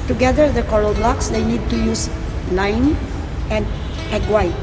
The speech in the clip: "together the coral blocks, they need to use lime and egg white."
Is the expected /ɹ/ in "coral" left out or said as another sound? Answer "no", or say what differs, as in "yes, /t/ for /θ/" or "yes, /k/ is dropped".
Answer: yes, /l/ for /ɹ/